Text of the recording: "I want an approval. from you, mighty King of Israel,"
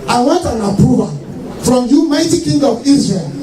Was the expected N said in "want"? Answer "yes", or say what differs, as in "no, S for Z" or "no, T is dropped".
no, N is dropped